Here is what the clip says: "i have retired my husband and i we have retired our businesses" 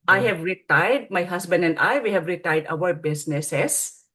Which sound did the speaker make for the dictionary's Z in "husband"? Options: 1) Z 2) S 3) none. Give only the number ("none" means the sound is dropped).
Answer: 2